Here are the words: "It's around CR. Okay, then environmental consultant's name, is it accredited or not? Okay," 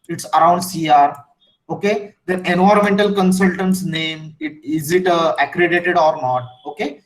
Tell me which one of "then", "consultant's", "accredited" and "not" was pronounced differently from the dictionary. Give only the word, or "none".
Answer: then